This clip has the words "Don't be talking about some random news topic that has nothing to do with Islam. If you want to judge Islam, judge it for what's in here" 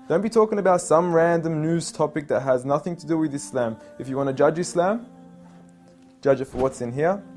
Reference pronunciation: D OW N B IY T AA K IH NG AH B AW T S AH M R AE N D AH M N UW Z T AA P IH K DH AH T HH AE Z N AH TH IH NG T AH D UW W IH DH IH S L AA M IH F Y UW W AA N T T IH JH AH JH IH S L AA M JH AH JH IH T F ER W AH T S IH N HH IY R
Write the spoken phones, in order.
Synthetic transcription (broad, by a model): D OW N B IY T AA K IH NG AH B AW T S AH M R AE N D AH M N UW Z T AA P IH K DH AH T HH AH Z N AH TH IH NG T AH D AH W IH DH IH S L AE M IH F Y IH W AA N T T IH JH AH JH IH S L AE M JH AH JH IH T F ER W AH T S IH N HH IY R